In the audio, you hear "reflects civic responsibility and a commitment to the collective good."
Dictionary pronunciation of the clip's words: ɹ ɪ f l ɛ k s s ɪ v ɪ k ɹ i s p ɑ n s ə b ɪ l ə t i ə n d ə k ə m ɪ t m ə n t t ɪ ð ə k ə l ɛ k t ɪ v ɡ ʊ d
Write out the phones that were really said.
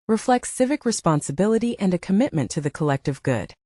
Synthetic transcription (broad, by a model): ɹ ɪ f l ɛ k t s ɪ v ɪ k ɹ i s p ɑ n s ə b ɪ l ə t i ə n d ə k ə m ɪ t m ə n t t ɪ ð ə k ə l ɛ k t ɪ v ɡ ʊ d